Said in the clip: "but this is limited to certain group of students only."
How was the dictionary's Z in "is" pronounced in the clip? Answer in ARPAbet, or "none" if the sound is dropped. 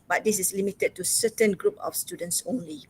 S